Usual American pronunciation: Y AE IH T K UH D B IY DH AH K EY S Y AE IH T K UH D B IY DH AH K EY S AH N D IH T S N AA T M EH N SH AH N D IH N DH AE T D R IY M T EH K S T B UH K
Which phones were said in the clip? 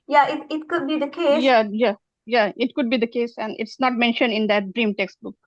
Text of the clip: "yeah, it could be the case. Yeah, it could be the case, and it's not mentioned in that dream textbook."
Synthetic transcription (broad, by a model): Y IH IH T K UH D B IY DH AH K EY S Y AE IH T K UH D B IY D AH K EY S AH N D IH T S N AA T M EH N SH AH N D IH N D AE T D R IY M T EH K S T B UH K